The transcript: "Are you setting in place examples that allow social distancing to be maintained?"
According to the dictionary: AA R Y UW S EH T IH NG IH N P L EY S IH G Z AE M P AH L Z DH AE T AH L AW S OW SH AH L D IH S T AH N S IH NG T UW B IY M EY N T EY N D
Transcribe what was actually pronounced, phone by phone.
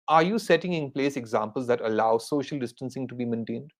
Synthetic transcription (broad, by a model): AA R Y UW S EH T IH NG IH N P L EY S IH G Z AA M P AH L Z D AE T AH L AW S OW SH AH L D IH S T AH N S IH NG T UW B IY M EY N T EY N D